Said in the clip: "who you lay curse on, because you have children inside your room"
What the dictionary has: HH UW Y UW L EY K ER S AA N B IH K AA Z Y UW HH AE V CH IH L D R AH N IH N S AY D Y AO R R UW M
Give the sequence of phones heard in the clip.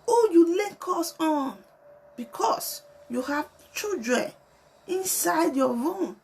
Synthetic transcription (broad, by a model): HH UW Y UW L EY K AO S AA N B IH K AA S Y UW HH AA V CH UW D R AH IH N S AY D Y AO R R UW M